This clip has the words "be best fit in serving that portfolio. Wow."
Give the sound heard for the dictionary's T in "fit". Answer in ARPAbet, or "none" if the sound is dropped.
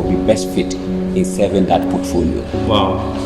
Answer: T